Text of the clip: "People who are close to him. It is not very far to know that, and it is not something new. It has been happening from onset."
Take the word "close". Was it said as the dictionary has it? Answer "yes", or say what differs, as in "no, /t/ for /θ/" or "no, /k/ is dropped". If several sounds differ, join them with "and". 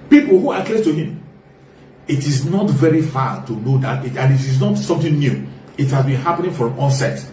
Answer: no, /s/ is dropped